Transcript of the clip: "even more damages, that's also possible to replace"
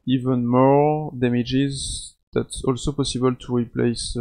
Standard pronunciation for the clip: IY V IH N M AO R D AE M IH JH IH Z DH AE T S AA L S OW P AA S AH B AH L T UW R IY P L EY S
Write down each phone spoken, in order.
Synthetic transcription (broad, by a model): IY V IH N M AO R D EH M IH JH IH Z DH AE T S AA L S OW P AA S AH B AH L T UW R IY P L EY S